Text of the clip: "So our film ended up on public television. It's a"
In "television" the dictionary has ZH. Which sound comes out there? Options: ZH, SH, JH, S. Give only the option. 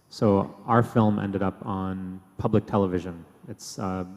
ZH